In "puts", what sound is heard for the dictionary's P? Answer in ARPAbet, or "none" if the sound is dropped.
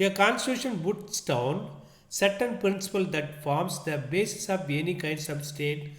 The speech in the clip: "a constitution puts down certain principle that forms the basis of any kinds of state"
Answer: B